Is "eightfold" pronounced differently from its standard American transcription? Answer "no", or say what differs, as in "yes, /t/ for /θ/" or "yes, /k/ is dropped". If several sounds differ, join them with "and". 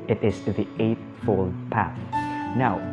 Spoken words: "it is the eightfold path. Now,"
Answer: no